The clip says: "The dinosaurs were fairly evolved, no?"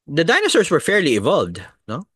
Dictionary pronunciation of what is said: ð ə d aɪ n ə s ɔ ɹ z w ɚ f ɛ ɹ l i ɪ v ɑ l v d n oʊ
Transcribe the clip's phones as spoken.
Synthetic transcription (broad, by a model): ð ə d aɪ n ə s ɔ ɹ s w ɚ f ɛ ɹ l i ɪ v ɑ l v d n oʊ